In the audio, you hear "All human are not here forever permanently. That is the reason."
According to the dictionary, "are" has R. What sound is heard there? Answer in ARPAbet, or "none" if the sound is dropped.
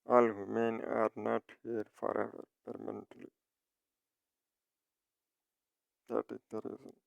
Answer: R